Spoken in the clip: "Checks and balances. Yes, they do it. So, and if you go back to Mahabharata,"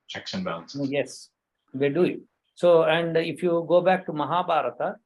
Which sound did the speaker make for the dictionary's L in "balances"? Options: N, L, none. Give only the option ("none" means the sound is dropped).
none